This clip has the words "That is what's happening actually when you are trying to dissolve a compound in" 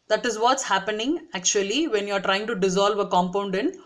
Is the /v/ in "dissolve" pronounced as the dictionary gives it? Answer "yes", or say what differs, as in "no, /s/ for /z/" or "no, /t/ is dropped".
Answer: yes